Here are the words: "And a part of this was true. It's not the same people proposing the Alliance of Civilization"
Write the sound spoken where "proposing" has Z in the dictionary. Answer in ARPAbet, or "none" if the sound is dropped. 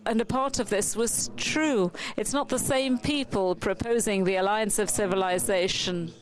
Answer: Z